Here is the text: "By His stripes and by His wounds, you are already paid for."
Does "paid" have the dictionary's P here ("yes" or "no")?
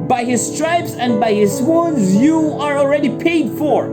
yes